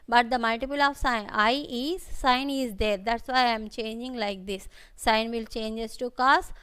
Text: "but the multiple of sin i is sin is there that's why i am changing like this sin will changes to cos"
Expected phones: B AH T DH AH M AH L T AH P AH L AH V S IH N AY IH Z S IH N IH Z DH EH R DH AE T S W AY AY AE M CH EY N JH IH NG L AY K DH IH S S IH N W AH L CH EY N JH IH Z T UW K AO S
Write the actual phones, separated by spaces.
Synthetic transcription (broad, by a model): B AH T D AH M AH L T AH P AH L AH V S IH N AY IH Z S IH N IH Z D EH R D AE T S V AY AY M CH EY N JH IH NG L AY K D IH S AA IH N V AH L CH EY N JH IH S T UW K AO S